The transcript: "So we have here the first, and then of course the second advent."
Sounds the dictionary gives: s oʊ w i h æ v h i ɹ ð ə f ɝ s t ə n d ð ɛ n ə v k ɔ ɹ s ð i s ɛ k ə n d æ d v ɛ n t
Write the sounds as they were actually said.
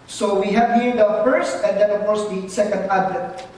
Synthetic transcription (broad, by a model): s oʊ w i h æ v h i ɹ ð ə f ɝ s t ə n d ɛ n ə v k ɔ ɹ s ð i s ɛ k ə n d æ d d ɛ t